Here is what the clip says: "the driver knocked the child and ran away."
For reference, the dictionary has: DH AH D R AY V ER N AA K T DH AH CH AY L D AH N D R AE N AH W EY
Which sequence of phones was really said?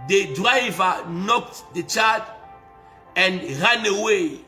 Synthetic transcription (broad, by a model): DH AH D R AY V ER N AA K T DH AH CH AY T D AH N D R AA N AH W EY